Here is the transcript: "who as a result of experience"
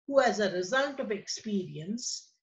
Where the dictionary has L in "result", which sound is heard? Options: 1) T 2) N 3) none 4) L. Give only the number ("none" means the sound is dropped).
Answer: 2